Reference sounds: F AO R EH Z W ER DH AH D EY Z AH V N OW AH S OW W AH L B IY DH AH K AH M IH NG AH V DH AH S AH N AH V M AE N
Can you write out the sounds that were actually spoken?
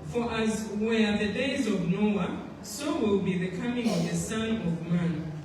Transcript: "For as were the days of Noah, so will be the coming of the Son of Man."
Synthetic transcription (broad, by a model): F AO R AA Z W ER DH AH D EY Z AH V N OW AH S OW W AH L B IY DH AH K AH M IH NG AH V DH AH S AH N AH V M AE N